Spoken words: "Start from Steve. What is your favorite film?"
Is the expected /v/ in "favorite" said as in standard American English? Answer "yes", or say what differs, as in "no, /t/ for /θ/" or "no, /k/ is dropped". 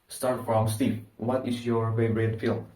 no, /b/ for /v/